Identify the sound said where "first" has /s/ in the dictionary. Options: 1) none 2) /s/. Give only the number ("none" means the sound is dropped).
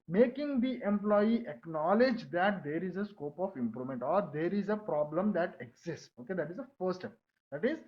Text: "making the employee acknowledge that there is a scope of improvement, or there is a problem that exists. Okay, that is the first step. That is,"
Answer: 1